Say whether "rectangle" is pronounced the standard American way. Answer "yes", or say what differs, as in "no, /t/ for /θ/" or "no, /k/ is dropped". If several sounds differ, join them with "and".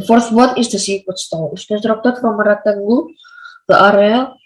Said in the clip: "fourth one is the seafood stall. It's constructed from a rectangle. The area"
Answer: no, /k/ is dropped